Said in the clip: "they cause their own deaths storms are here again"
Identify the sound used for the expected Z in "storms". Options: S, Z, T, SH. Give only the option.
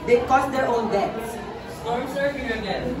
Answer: S